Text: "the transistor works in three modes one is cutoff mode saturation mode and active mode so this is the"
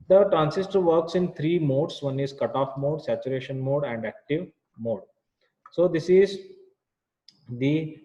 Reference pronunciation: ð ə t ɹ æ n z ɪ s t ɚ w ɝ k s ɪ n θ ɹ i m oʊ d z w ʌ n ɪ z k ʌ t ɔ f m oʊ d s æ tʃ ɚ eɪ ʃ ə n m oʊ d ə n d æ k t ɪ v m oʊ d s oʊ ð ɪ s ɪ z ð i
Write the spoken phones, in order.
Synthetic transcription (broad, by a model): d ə t ɹ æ n s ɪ s t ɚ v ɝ k s ɪ n t ɹ i m oʊ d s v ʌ n ɪ z k ʌ t ɔ f m oʊ d s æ tʃ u eɪ ʃ ə n m oʊ d ə n d æ k t ɪ v m oʊ d s oʊ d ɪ s ɪ z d i